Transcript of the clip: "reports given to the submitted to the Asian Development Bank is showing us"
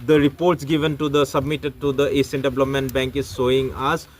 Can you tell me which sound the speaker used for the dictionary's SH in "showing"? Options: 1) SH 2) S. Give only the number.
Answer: 2